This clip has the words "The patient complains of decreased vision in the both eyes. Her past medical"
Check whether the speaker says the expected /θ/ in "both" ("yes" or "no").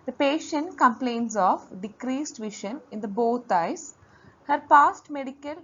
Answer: no